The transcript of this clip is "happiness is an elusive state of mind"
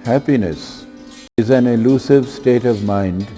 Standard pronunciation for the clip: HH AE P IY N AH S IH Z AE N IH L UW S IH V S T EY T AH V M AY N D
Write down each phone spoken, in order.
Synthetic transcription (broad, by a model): HH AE P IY N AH S IH Z AE N IH L UW S IH V S T EY T AH V M AY N D